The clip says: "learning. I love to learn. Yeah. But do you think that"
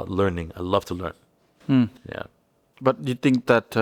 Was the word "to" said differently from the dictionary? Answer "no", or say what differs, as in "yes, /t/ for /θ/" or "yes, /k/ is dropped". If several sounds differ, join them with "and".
no